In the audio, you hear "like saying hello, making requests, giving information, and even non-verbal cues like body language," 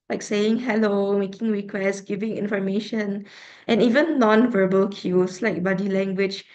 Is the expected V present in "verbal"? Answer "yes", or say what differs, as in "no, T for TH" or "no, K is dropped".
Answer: yes